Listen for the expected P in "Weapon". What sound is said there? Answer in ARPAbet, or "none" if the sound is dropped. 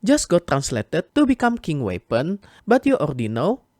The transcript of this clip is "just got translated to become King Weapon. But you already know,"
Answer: P